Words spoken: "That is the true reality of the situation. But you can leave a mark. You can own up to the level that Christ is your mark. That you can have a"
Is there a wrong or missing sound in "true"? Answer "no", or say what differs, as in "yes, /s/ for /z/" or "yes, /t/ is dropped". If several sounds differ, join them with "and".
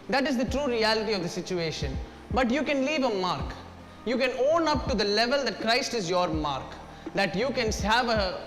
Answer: no